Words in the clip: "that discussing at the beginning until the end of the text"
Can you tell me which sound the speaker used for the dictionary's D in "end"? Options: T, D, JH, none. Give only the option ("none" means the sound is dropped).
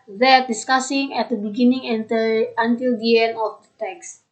none